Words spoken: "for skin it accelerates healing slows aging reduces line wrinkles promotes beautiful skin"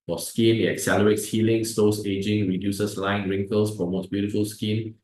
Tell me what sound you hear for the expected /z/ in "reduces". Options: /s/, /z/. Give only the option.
/s/